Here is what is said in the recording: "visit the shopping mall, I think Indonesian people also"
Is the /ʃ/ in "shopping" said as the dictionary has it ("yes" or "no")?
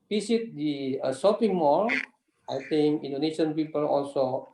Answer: no